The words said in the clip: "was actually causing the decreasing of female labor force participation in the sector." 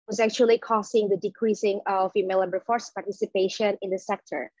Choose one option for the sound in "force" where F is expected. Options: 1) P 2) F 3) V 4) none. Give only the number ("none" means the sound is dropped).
2